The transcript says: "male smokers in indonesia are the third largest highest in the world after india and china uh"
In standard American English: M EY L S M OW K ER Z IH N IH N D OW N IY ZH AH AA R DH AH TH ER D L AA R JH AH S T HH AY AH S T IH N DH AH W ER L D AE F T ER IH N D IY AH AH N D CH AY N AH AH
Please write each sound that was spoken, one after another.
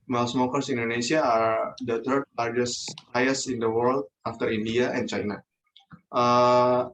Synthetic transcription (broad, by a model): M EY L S M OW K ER S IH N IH N D OW N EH S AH AA R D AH T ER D L AA R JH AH S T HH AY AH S IH N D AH W ER L D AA F T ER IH N D IY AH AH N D CH AY N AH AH